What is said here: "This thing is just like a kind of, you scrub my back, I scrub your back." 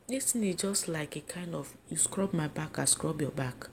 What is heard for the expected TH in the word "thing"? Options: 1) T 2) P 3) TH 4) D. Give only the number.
1